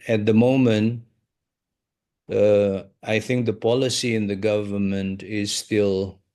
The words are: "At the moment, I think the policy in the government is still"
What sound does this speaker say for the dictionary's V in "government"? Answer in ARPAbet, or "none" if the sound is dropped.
V